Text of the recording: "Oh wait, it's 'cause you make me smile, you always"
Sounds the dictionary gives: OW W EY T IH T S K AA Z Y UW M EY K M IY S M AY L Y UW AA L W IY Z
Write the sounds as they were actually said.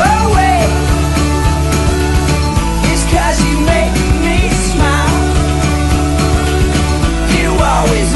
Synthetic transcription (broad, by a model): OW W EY IH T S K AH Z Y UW M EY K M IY S M AY L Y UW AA L W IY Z